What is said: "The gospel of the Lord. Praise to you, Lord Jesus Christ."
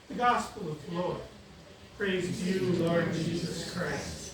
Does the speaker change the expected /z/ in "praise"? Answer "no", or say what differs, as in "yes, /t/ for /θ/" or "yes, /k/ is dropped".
no